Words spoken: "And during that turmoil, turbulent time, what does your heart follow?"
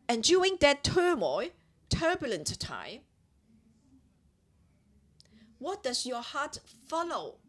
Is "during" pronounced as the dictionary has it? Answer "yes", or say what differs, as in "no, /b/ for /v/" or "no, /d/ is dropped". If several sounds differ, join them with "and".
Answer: no, /ɹ/ is dropped